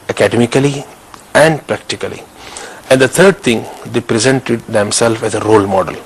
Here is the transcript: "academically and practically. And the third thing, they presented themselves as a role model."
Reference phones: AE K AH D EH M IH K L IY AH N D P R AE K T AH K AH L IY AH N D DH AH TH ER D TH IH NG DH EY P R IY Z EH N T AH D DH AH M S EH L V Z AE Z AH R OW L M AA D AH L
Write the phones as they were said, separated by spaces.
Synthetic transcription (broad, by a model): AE K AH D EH M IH K L IY AH N D P R AE K T AH K AH L IY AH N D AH T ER D T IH NG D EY P R IY Z EH N T AH D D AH M S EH L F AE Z AH R OW L M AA D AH L